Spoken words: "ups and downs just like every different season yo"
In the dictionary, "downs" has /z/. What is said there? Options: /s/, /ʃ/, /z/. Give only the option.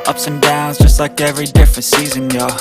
/z/